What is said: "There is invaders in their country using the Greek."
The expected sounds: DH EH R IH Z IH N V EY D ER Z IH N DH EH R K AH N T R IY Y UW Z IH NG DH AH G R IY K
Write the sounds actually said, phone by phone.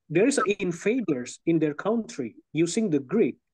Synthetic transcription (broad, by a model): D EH R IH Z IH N F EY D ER S IH N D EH R K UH N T R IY Y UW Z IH NG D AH G R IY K